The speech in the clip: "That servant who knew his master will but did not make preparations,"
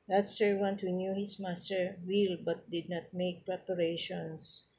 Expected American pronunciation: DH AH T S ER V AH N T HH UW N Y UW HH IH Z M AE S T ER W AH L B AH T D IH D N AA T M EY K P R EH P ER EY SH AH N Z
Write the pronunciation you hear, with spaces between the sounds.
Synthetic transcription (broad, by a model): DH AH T S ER W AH N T HH UW N Y UW HH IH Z M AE S T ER W AH L B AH T D IH D N AA T M EY K P R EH P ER EY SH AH N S